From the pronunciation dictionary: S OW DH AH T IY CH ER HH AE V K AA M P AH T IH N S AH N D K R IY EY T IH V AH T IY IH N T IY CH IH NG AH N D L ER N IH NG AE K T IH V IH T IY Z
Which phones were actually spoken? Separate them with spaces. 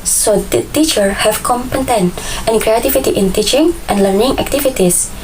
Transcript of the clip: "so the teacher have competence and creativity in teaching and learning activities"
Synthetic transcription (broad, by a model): S OW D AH T IY CH ER HH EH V K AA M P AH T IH N AH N K R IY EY T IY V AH T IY IH N T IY CH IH NG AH N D L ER N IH NG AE K T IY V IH T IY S